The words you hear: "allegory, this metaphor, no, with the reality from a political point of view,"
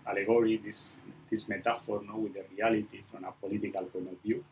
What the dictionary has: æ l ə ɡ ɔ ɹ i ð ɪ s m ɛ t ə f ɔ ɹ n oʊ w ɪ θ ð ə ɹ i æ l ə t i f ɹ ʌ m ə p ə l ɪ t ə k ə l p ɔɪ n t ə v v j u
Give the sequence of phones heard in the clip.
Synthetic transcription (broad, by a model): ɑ l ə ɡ ɔ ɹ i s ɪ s m ɛ t ə f ɔ ɹ n oʊ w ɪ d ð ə ɹ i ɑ l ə t i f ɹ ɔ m ə p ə l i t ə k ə l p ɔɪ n ə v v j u